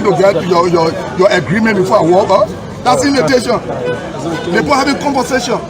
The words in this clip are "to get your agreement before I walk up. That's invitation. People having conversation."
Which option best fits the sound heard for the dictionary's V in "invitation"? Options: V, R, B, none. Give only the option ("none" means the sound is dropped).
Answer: none